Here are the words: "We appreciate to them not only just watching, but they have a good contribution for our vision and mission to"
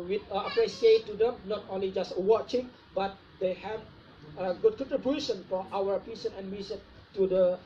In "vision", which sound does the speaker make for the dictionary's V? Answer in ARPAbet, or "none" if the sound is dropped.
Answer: P